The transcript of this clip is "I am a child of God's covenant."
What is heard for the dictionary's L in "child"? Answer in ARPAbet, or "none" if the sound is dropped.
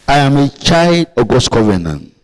L